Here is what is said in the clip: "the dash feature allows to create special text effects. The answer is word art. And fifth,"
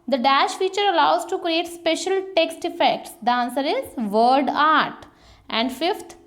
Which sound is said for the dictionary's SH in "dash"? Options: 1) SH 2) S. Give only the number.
1